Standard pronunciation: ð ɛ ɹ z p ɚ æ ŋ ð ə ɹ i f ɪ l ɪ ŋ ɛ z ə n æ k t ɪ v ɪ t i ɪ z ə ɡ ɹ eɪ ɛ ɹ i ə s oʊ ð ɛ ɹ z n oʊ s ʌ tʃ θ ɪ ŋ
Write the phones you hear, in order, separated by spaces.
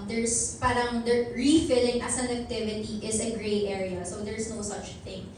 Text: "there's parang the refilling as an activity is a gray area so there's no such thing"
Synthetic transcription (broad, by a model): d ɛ ɹ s p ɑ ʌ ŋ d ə ɹ i f ɪ l ɪ ŋ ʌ s ə n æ k t ɪ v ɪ t i ɪ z ə ɡ ɹ eɪ ɛ ɹ i ə s oʊ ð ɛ ɹ s n oʊ s ʌ tʃ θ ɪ ŋ